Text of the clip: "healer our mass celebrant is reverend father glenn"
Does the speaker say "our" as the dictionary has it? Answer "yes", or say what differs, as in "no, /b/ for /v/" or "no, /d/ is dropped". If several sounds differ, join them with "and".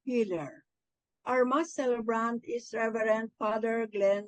yes